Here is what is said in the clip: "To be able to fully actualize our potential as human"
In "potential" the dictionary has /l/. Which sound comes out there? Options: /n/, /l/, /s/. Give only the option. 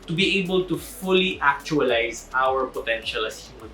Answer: /l/